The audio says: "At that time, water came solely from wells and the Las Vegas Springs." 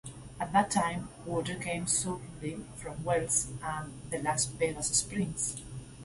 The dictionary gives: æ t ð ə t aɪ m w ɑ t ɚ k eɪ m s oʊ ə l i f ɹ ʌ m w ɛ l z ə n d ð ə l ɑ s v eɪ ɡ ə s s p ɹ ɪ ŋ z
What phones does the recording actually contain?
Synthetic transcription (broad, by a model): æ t ð ə t aɪ m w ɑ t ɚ k eɪ m s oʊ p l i f ɹ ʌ m w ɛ l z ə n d ð ə l ɑ s b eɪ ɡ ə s s p ɹ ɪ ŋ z